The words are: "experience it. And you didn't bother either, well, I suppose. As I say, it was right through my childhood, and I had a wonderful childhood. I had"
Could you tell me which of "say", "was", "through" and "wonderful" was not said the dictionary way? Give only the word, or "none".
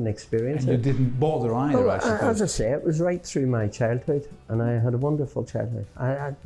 none